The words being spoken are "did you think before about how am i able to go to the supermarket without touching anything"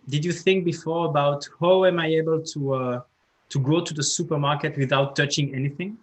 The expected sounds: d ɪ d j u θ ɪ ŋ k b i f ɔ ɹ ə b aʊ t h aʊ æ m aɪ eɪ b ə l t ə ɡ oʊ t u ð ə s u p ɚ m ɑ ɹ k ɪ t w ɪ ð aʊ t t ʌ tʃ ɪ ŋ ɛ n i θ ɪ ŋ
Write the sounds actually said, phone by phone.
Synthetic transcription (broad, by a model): d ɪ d j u θ ɪ ŋ k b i f ɔ ɹ ə b aʊ t h aʊ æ m aɪ eɪ b ə l t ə ɡ oʊ t u ð ə s u p ɚ m ɑ ɹ k ɪ t w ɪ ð aʊ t t ʌ tʃ ɪ ŋ ɛ n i θ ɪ ŋ